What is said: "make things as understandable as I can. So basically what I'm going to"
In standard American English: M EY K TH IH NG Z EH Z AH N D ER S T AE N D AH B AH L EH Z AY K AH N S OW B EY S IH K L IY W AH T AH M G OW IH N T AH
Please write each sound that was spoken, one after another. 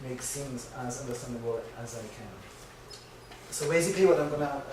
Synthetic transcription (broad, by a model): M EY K S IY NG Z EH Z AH N D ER S T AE N D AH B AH L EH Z AY K AH N S OW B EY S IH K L IY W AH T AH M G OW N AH